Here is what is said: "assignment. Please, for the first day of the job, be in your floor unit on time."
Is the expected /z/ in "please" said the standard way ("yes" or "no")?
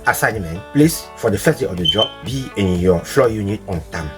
no